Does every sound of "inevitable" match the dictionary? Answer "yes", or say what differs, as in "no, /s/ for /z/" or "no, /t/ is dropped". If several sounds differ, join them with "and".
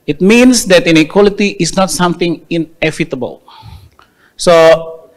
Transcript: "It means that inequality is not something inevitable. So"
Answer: no, /f/ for /v/